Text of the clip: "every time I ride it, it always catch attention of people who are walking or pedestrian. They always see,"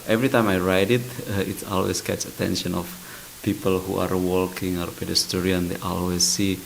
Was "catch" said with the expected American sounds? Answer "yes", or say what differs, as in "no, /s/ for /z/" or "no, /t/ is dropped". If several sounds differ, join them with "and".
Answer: no, /s/ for /tʃ/